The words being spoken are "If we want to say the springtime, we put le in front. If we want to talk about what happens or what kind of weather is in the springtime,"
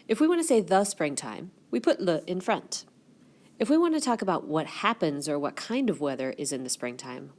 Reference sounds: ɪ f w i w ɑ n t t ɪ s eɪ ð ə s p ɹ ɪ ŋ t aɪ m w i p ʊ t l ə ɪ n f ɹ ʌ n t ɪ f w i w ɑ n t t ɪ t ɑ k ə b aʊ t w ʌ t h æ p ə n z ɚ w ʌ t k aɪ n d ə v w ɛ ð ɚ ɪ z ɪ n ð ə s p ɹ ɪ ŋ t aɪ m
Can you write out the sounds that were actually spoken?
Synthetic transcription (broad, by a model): ɪ f w i w ɑ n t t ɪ s eɪ ð ə s p ɹ ɪ ŋ t aɪ m w i p ʊ t l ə ɪ n f ɹ ʌ n t ɪ f w i w ɑ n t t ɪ t ɑ k ə b aʊ t w ʌ t h æ p ə n z ɚ w ʌ t k aɪ n d ə v w ɛ ð ɚ ɪ z ɪ n ð ə s p ɹ ɪ ŋ t aɪ m